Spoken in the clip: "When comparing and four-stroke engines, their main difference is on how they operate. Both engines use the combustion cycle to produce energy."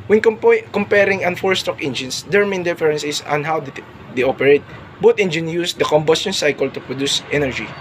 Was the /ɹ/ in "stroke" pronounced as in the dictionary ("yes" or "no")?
no